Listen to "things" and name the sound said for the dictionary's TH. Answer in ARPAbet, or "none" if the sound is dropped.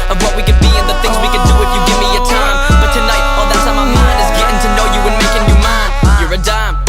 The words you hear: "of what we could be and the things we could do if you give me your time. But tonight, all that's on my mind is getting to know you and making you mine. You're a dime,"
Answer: TH